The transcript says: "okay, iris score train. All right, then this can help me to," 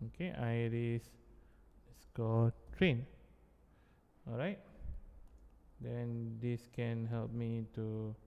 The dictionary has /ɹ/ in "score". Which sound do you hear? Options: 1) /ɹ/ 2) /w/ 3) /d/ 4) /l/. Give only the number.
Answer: 4